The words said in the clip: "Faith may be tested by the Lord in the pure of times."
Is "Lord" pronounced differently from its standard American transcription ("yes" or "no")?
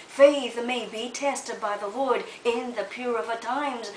yes